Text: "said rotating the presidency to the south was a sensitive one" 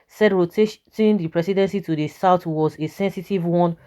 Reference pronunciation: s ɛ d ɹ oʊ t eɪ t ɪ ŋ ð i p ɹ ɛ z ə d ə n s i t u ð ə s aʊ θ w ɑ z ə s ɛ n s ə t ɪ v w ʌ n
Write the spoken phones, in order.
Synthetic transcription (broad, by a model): s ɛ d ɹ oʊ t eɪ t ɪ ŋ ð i p ɹ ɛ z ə d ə n s i t u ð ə s aʊ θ w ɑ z ə s ɛ n s ə t ɪ v w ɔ n